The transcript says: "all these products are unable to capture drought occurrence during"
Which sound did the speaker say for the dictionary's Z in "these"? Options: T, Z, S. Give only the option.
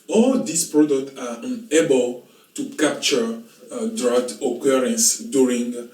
S